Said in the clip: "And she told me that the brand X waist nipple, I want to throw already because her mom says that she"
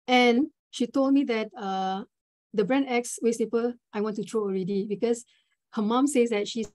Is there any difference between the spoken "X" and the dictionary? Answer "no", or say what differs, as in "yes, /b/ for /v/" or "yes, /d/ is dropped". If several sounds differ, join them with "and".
no